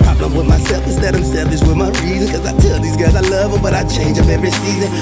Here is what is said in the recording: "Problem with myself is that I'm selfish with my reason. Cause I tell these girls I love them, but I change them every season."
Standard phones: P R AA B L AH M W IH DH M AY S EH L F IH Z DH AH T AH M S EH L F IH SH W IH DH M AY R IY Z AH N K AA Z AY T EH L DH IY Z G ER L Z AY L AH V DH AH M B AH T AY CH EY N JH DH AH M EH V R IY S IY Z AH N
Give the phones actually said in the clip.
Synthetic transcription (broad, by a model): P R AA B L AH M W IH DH M AY S EH L F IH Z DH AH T AH M S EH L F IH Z W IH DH M AY R IY Z AH N K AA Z AY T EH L DH IY Z G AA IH Z AY L AH V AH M B AH T AY CH EY N JH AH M EH V R IY S IY Z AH N